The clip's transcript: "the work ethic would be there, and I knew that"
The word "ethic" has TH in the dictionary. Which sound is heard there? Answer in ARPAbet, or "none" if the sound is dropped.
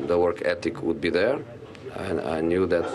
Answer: T